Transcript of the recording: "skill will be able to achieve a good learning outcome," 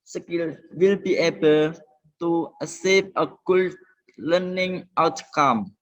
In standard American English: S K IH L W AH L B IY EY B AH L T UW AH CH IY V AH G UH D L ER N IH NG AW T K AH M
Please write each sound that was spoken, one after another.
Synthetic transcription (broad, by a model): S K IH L W AH L B IY EY B AH L T UW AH S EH P AH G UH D L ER N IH NG AW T K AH M